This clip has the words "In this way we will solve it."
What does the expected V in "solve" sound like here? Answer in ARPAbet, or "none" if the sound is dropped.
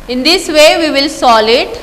none